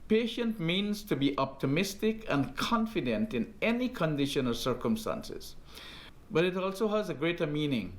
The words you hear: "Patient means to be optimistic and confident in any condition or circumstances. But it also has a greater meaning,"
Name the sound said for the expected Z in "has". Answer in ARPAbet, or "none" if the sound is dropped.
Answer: Z